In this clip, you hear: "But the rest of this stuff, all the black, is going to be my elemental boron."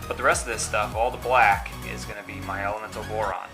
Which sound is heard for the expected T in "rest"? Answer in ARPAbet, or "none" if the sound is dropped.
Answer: T